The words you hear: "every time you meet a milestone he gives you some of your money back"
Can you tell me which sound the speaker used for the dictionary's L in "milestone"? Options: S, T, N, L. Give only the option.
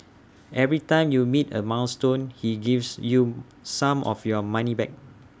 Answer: N